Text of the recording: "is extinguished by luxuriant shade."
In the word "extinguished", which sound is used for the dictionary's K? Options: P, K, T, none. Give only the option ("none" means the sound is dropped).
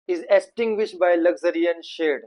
none